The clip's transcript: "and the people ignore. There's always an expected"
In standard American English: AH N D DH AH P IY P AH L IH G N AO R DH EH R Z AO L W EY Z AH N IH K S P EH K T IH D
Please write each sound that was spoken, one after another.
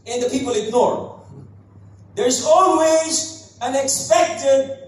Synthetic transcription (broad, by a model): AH N DH AH P IY P AH L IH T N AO R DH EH R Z AO L W EY Z AH N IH K S P EH K T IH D